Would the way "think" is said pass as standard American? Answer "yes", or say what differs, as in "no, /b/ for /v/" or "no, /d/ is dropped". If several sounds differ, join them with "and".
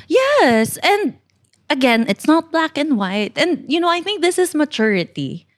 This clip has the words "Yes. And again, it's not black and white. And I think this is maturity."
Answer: yes